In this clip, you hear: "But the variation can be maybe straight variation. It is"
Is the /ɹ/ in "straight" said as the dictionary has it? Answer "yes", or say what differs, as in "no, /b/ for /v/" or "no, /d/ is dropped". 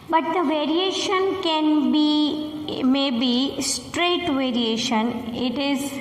yes